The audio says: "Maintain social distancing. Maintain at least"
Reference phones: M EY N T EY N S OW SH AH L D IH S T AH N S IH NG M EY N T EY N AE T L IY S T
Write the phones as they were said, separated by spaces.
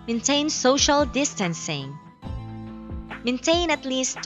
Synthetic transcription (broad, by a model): M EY N T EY N S OW SH AH L D IH S T AH N S IH NG M EY N T EY N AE T L IY S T